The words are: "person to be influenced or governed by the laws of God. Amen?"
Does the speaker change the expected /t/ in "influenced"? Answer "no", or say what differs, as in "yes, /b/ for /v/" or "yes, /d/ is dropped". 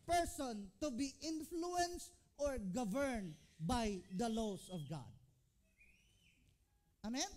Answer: no